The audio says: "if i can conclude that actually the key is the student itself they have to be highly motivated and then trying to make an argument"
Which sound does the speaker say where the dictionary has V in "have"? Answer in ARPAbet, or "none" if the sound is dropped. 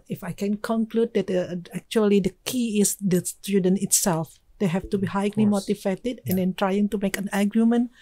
F